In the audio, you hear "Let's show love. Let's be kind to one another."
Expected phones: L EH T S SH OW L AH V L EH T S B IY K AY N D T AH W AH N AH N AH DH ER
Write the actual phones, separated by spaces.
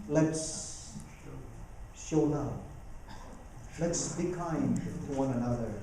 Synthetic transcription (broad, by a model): L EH T S SH OW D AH P L EH T S B IY K AY N D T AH W AH N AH N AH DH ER